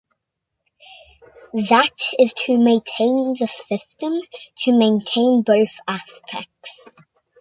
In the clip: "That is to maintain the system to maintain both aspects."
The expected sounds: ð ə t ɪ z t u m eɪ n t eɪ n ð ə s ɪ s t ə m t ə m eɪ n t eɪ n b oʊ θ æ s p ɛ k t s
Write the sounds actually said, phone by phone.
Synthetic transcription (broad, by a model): ð ə t ɪ z t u m eɪ n t eɪ n ð ə s ɪ s t ə m t ə m eɪ n t eɪ n b oʊ θ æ s p ɛ k t s